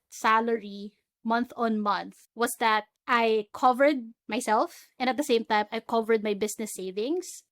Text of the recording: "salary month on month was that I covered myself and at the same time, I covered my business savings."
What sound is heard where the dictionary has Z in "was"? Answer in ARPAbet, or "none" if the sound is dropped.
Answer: S